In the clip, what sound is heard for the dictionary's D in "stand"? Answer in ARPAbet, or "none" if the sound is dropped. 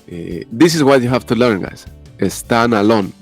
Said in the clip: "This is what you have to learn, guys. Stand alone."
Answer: none